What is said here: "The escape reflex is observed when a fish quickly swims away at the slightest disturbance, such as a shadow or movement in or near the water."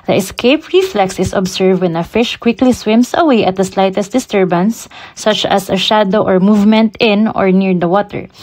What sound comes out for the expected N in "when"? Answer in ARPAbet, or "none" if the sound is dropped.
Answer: N